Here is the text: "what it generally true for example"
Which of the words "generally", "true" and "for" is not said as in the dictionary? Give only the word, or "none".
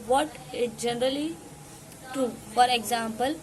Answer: true